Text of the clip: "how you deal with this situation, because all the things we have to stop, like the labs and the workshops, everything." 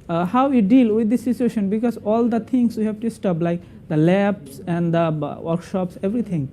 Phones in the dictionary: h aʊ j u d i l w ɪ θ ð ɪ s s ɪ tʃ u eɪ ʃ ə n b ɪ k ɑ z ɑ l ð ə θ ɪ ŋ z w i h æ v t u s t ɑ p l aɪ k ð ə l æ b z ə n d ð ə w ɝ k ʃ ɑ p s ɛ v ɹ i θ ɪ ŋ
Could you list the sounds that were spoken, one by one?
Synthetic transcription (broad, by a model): h aʊ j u d i l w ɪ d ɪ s s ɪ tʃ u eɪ ʃ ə n b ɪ k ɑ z ɑ l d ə t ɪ ŋ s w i h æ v t u s t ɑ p l aɪ k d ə l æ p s ə n d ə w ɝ k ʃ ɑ p s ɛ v ɹ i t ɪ ŋ